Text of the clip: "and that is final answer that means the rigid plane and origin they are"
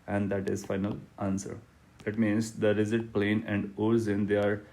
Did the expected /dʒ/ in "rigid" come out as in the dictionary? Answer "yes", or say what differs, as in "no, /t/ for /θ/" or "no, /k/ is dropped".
no, /z/ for /dʒ/